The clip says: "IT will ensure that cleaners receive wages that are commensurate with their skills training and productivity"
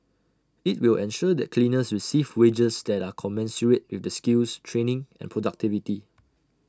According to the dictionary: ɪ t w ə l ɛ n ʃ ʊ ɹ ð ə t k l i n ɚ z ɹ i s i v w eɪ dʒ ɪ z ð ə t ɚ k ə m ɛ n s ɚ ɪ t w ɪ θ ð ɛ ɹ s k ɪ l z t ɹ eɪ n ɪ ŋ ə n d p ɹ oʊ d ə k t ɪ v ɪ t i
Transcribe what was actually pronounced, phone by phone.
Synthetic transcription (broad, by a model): ɪ t w ə l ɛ n ʃ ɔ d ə t k l i n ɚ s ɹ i s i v w eɪ dʒ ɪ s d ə t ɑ k ə m ɛ n s ɚ ɪ t w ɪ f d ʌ s k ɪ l s t ɹ eɪ n ɪ ŋ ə n p ɹ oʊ d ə k t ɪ v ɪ t i